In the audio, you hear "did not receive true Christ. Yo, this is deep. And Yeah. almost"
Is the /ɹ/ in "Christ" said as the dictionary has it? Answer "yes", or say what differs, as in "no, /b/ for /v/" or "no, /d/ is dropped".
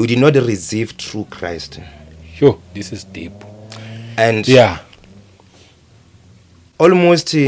yes